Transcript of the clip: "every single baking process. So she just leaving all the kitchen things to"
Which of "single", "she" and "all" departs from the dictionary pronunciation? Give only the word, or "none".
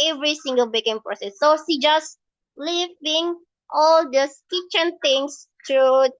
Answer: she